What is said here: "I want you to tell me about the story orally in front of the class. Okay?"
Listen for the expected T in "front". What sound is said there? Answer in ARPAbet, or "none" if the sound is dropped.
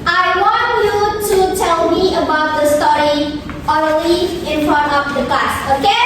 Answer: none